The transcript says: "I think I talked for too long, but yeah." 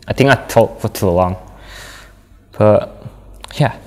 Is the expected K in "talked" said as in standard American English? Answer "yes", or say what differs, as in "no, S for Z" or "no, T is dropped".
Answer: no, K is dropped